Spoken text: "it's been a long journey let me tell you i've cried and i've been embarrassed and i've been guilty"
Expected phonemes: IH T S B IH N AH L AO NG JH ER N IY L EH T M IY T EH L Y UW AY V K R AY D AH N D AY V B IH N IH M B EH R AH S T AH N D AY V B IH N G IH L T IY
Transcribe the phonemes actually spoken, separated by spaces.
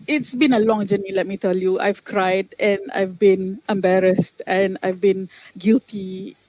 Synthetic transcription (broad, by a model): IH T S B IH N AH L AO NG JH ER N IY L EH T M IY T EH L Y UW AY V K R AY D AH N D AY V B IH N IH M B EH R AH S T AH N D AY V B IH N G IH L T IY